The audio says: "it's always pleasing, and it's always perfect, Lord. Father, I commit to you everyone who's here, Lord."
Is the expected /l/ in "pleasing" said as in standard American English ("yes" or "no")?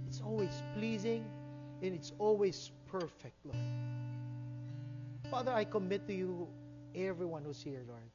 yes